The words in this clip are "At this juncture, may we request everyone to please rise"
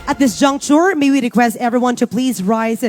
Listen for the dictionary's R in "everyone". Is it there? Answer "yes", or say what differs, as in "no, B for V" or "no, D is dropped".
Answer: yes